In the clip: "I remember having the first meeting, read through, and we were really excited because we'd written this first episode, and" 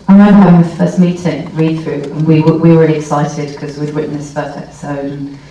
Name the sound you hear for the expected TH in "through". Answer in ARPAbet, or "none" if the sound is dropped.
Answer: TH